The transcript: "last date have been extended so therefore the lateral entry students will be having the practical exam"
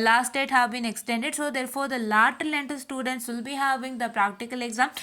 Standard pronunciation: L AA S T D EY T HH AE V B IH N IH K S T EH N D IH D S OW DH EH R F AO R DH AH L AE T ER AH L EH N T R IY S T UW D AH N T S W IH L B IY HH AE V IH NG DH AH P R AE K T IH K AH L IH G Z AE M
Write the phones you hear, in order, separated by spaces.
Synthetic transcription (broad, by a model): L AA S T D EY T HH AE V B IH N IH K S T EH N D IH D S OW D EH R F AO R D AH L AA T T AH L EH N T IY S T UW D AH N T S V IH L B IY HH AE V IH NG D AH P R AE K T IH K AH L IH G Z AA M